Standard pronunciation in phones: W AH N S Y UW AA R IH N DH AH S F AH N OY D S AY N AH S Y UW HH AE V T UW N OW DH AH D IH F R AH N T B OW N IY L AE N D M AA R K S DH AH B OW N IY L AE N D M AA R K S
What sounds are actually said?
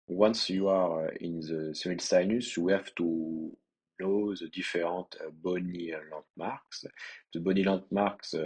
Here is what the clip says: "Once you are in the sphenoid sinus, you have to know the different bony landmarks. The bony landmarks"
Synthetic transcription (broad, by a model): W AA N S Y UW AA R IH N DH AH S AH IY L S AY N AH S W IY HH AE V T UW N OW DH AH D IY F R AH T B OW N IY L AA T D M AA R K S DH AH B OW N IY L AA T M AA R K S